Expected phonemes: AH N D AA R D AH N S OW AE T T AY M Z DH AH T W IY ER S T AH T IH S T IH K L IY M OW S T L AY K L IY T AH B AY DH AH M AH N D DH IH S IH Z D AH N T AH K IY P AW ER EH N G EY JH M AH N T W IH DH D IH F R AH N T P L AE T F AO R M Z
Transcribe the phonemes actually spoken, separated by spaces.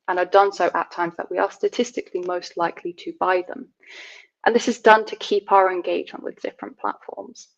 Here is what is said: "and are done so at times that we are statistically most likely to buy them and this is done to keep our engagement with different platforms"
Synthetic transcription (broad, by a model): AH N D AA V D AH N S OW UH T T AY M Z DH AH T W IY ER S T AH T IH S T IH K L IY M OW S T L AY K L IY T AH B AY DH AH M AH N DH IH S IH Z D AH N T AH K IY P AW ER EH N G EY JH M AH N T W IH DH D IH F R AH N P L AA T F AO R M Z